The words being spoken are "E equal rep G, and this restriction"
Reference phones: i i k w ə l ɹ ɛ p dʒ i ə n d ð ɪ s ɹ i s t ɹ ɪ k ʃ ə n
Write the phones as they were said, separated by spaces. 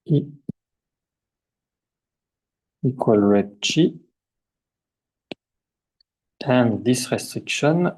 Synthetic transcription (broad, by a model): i i k w ə l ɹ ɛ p tʃ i ə n d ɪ s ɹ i s t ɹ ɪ k ʃ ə n